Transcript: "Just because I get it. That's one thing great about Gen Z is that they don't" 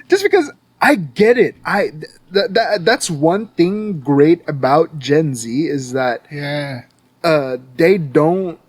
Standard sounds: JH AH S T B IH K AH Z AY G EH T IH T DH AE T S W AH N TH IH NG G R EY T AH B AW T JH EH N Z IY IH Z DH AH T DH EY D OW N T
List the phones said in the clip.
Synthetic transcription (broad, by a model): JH AH S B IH K AH Z AY G EH T IH T DH AE T S W AH N TH IH NG G R EY T AH B AW T JH EH N Z IY IH Z DH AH T DH EY D OW N T